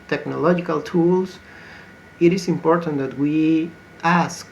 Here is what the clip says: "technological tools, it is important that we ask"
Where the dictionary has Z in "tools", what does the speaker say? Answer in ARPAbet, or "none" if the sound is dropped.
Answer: S